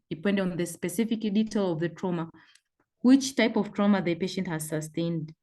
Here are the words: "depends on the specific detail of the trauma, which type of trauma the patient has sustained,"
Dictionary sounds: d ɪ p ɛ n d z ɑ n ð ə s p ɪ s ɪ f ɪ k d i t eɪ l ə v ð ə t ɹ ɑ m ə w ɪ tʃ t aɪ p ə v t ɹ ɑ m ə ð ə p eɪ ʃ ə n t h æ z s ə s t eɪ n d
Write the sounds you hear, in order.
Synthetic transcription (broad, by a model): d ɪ p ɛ n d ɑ n ð ə s p ɪ s ɪ f ɪ k d i t eɪ l ə v ð ə t ɹ ɑ m ə w ɪ tʃ t aɪ p ə v t ɹ ɑ m ə ð ə p eɪ ʃ ə n t h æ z s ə s t eɪ n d